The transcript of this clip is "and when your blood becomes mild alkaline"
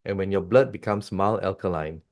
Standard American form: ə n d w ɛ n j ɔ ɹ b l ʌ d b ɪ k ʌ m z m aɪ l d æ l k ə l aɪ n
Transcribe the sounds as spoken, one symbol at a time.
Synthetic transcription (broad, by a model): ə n w ɛ n j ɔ b l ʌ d b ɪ k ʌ m s m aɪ l ɛ l k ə l aɪ n